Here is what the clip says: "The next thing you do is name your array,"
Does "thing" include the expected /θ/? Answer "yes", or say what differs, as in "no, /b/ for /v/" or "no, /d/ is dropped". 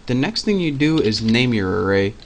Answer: yes